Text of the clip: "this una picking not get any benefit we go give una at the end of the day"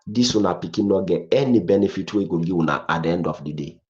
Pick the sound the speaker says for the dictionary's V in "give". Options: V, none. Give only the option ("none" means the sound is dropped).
none